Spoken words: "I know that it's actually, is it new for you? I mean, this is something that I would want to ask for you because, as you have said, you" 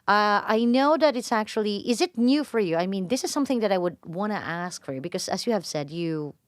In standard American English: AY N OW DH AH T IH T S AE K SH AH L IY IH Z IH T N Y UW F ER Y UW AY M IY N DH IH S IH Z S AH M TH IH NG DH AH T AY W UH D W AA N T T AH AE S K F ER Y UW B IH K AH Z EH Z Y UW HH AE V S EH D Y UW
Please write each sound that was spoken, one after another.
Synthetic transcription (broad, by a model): AY N OW DH AH T IH T S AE K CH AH L IY IH Z IH T N Y UW F ER Y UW AY M IY N DH IH S IH Z S AH M TH IH NG DH AH T AY W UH D W AA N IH T AE S K F ER Y UW B IH K AH Z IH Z Y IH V S EH D Y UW